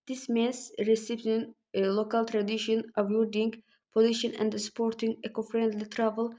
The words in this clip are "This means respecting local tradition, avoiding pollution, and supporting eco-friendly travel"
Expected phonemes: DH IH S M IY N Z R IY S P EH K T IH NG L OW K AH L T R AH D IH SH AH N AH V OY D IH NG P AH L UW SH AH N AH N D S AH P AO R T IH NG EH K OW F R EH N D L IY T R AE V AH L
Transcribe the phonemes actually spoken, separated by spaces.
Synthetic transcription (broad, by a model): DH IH S M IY N S R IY S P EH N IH L OW K AH L T R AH D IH SH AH N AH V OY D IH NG P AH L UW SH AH N AH N D S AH P AO R T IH NG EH K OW F R EH N D L IY T R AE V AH L